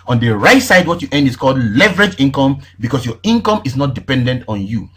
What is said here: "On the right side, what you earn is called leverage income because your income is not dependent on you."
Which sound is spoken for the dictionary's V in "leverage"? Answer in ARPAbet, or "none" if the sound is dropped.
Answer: V